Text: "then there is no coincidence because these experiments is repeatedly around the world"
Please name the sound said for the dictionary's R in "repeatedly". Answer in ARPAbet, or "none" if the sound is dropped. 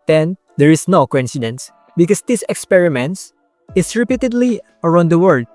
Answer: R